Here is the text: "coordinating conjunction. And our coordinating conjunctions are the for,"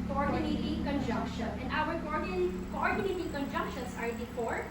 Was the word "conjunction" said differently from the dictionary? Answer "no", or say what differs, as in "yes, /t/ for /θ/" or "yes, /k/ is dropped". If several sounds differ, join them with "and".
no